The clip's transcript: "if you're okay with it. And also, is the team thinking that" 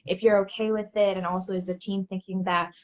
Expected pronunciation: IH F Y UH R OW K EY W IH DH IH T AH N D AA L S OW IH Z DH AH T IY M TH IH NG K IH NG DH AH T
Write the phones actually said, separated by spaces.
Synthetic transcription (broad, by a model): IH F Y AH R OW K EY W IH DH IH T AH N AA L S OW IH Z DH AH T IY M TH IH NG K IH NG DH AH T